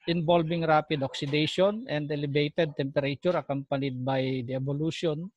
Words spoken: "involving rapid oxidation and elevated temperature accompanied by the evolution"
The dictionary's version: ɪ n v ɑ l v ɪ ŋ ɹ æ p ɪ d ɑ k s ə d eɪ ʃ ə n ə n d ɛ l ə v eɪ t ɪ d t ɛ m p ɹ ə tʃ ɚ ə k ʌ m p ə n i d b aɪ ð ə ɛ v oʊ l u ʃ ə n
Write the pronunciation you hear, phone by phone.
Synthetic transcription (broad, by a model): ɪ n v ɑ l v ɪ ŋ ɹ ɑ p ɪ d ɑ k s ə d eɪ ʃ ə n ə n d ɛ l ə b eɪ t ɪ d t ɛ m p ɹ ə tʃ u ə k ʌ m p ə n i d b aɪ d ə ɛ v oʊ l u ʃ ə n